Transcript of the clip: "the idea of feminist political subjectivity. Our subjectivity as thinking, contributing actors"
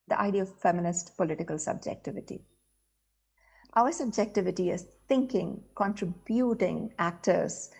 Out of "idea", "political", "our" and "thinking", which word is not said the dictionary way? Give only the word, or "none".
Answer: thinking